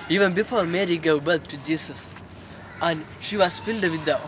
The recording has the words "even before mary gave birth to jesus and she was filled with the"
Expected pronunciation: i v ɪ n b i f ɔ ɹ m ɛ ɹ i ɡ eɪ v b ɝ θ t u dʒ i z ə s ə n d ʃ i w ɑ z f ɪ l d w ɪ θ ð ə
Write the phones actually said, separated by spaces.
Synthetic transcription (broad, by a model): i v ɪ n b i f ɔ ɹ m ɛ ɹ i ɡ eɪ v b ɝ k t u dʒ i s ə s ə n d ʃ i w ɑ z f ɪ l d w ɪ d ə